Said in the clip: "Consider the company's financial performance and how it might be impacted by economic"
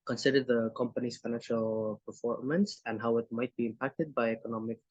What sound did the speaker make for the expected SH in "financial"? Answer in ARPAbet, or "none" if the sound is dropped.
SH